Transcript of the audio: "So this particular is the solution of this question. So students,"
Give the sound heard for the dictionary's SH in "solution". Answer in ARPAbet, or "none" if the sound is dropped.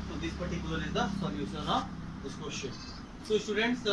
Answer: S